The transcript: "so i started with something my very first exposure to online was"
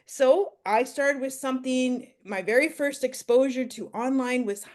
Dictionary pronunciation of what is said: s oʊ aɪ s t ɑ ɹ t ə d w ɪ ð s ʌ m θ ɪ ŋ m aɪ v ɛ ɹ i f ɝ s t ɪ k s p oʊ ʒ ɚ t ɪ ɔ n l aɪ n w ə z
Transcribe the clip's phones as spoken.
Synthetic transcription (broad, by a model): s oʊ aɪ s t ɑ ɹ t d w ɪ ð s ʌ m θ ɪ ŋ m aɪ v ɛ ɹ i f ɝ s t ɪ k s p oʊ ʒ ɚ t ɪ ɔ n l aɪ n w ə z